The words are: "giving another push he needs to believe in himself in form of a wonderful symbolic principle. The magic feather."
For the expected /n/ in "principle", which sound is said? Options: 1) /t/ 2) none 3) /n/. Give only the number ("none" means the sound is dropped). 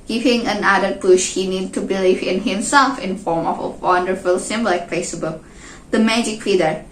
2